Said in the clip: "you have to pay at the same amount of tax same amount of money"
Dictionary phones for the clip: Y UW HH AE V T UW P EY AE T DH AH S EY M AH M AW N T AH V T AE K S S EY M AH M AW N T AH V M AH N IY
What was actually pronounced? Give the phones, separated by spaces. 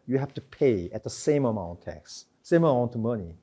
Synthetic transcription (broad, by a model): Y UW HH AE F T UW P EY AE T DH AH S EY M AH M AW N T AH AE K S S EY M AH M AW N T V M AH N IY